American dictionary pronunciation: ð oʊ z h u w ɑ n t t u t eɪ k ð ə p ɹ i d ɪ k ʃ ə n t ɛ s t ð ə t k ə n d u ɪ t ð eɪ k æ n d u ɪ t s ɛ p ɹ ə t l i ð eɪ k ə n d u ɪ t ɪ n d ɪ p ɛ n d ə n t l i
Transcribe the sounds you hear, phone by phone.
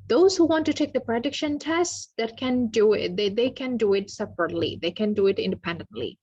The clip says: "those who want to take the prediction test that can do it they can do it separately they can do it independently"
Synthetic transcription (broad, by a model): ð oʊ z h u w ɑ n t t u t eɪ k ð ə p ɹ i d ɪ k ʃ ə n t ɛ s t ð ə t k ə n d u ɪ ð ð eɪ k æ n d u ɪ t s ɛ p ɹ ə t l i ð eɪ k ə n d u ɪ t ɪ n d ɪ p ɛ n d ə n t l i